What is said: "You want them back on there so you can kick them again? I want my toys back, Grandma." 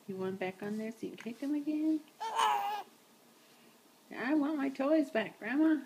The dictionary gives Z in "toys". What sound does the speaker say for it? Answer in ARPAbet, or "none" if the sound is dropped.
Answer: Z